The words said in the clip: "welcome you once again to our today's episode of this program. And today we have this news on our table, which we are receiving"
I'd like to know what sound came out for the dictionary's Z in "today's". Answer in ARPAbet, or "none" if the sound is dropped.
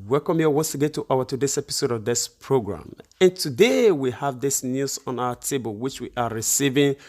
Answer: S